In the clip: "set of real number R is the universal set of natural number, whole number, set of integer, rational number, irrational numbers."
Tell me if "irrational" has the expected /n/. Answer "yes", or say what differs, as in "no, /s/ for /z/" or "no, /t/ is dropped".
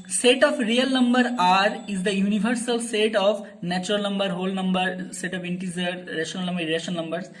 no, /n/ is dropped